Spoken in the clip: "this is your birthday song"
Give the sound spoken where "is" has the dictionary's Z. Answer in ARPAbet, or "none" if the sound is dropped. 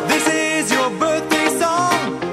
Z